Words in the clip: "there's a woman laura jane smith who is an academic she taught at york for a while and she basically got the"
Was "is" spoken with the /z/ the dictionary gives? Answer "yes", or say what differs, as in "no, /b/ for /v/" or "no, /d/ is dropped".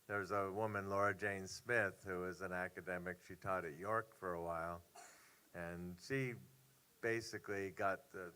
yes